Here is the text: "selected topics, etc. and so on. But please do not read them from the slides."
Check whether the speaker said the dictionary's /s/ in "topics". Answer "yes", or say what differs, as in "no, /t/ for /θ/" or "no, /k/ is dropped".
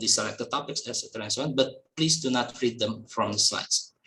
yes